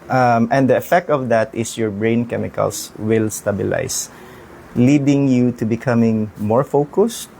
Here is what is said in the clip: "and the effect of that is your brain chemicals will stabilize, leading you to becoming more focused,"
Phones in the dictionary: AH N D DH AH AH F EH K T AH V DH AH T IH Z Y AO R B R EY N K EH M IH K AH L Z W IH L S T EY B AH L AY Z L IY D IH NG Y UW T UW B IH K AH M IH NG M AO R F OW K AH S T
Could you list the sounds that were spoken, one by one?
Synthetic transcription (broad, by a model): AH N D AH AH F EH K T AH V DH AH T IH S Y AO R B R EY N K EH M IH K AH L S W IH L S T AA B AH L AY S L IY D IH NG Y UW T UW B IH K AH M IH NG M AO R F OW K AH S T